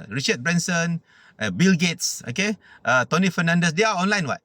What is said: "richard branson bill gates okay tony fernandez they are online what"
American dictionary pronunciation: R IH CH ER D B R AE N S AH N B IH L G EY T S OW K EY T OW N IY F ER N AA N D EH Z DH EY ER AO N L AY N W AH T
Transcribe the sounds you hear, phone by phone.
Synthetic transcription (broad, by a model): R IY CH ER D B R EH N S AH N B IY L G EY T S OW K EY T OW N IY F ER N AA N D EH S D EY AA AO N L AY N W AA T